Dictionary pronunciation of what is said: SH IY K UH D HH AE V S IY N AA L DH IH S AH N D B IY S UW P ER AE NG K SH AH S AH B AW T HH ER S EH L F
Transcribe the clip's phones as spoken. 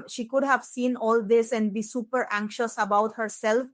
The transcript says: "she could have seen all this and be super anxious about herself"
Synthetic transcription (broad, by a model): SH IY K UH D HH AE V S IY N AA L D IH S AH N D B IY S UW P ER AE NG K SH AH S AH B AW T HH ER S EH L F